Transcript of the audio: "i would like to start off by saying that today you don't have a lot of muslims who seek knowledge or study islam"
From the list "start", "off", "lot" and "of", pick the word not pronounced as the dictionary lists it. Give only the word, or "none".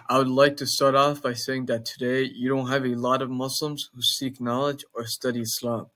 none